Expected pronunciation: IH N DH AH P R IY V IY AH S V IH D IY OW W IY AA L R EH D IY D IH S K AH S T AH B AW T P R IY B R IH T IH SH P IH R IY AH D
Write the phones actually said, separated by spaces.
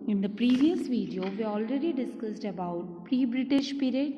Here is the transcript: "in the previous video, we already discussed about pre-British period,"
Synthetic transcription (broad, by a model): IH N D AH P R IY V IY AH S V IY D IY OW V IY AA L R EH D IY D IH S K AH S T AH B AW T P R IY B R IH T IH SH P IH R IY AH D